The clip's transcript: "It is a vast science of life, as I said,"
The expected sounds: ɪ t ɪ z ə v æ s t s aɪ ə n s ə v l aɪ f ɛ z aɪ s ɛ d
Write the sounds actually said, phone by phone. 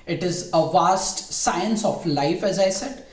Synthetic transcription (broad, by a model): ɪ t ɪ z ə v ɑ s t s aɪ ə n s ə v l aɪ f ɛ z aɪ s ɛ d